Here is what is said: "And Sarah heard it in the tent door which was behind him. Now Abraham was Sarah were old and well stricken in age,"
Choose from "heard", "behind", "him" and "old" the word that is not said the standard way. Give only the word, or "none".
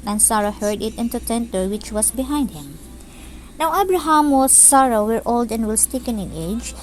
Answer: none